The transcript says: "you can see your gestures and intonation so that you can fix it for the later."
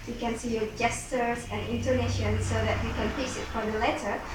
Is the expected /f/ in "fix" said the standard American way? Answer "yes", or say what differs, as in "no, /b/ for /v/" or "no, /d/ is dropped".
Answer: no, /p/ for /f/